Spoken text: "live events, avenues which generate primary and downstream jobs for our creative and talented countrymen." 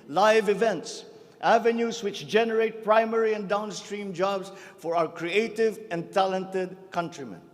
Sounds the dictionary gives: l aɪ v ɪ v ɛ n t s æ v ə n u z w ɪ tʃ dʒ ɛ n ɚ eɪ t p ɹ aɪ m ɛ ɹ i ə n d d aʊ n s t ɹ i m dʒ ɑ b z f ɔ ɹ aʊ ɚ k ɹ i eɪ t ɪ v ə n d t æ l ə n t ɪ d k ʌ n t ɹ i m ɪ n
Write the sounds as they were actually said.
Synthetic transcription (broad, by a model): l aɪ v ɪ v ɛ n t s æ v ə n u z w ɪ tʃ dʒ ɛ n ɚ eɪ t p ɹ aɪ m ɛ ɹ i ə n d d aʊ n s t ɹ i m dʒ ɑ b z f ɔ ɹ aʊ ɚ k ɹ i eɪ t ɪ v ə n d t æ l ə n t ɪ d k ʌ n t ɹ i m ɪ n